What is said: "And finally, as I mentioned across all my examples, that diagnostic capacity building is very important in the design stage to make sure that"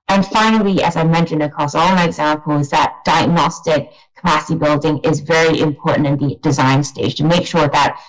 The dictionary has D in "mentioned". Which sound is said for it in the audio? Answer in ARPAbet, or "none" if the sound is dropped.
D